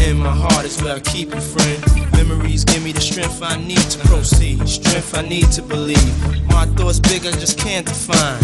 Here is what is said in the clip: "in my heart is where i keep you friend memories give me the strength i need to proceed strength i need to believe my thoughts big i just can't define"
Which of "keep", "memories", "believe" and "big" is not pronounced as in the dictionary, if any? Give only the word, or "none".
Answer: none